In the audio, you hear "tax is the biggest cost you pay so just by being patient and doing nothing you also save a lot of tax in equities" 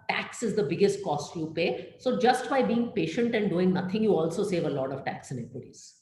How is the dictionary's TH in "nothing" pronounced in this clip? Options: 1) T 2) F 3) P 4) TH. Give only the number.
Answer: 1